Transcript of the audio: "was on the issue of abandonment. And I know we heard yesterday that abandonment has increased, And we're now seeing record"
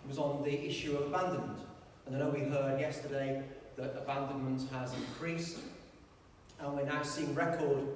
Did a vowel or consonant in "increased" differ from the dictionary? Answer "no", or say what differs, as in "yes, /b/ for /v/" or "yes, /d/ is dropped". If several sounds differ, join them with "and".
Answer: yes, /t/ is dropped